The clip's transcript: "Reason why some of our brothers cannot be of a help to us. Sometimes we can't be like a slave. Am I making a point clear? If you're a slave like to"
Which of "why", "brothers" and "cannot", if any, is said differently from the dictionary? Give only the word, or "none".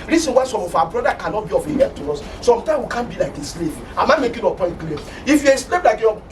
brothers